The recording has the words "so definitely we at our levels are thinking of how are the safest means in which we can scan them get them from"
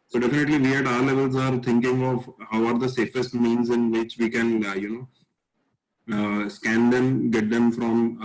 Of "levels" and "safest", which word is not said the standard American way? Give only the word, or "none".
none